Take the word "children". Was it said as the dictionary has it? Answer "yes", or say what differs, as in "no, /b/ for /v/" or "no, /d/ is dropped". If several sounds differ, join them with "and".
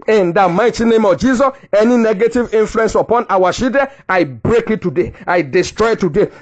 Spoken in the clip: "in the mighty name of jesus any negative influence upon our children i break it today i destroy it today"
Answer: no, /ʃ/ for /tʃ/ and /l/ is dropped and /ɹ/ is dropped and /n/ is dropped